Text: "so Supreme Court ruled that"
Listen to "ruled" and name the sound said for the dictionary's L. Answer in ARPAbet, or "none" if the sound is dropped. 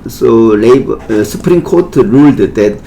L